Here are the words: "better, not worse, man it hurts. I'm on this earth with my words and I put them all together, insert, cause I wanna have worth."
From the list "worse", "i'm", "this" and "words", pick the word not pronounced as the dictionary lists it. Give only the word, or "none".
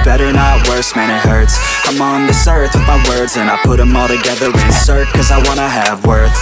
none